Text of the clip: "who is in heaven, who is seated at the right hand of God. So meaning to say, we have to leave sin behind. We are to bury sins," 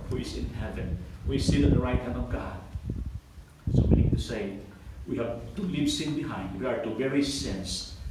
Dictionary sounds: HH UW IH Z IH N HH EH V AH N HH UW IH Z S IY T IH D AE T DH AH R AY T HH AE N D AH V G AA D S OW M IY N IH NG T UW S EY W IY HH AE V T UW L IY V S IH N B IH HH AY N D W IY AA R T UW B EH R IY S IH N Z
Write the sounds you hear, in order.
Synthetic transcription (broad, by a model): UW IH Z IH N HH EH V AH N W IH S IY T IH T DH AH R AY T HH AE N D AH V G AA D S OW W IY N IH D T UW S EY W IY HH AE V T UW L IY V S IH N B IH HH AY N D W IY AA R T UW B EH R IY S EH N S